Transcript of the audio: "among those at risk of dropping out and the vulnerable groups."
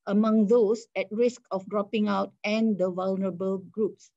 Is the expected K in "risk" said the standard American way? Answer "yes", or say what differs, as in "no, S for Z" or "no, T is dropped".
yes